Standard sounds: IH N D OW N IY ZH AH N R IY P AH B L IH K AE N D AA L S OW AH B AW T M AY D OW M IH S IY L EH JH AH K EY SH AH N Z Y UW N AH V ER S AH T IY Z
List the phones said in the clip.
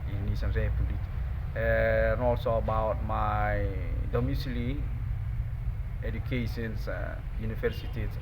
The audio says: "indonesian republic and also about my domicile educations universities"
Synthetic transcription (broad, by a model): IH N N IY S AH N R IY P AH L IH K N AA L S OW AH B AW T M AY D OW M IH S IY L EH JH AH K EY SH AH N S Y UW N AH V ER S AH T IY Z